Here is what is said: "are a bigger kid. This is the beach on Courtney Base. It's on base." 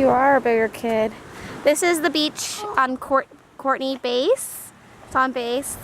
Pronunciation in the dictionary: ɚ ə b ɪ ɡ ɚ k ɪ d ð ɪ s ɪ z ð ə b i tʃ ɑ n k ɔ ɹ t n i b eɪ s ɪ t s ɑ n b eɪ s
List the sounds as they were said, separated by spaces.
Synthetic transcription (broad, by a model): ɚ ə b ɪ ɡ ɚ k ɪ d ð ɪ s ɪ z ð ə b i tʃ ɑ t k ɔ ɹ t n i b eɪ ɪ s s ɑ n b eɪ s